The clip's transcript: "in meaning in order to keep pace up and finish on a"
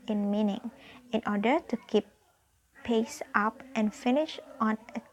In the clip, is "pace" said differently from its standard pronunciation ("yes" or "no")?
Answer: no